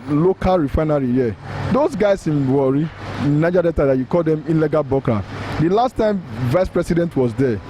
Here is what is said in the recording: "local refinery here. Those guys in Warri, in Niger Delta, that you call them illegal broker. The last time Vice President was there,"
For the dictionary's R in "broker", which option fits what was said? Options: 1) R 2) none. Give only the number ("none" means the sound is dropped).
2